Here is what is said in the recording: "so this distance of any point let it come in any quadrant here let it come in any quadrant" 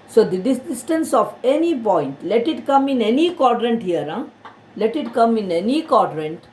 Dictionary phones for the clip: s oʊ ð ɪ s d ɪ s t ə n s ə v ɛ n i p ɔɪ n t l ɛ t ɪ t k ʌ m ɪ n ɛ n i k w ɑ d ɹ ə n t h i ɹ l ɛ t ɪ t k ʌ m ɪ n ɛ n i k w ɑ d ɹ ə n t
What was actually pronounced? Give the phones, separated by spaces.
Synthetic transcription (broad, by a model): s oʊ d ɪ d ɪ s t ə n s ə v ɛ n i p ɔɪ n t l ɛ t ɪ t k ʌ m ɪ n ɛ n i k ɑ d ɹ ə n t h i ɹ l ɛ t ɪ t k ʌ m ɪ n ɛ n i k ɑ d ɹ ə n t